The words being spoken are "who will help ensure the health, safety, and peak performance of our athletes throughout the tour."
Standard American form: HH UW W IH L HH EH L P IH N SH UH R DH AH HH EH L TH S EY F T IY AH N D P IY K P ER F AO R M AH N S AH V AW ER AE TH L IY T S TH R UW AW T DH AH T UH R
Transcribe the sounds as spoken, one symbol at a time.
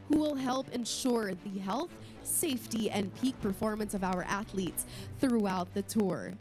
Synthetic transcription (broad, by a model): HH UW W IH L HH EH L P IH N SH UH R DH AH HH EH L TH S EY F T IY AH N P IY K P ER F AO R M AH N S AH V AW ER AE TH L IY T S TH R UW AW T DH AH T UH R